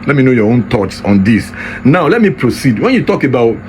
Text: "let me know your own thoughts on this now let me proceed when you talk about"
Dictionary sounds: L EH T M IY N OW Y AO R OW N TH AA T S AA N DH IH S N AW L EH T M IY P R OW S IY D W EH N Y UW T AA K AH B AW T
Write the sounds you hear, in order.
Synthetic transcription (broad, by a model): L EH T M IY N OW Y AO R OW N T AA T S AA N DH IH S N AW L EH T M IY P R OW S IY D W EH N Y UW T AA K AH B AW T